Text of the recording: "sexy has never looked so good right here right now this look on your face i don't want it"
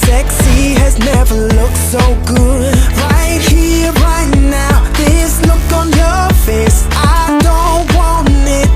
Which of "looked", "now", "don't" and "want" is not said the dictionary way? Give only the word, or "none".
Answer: want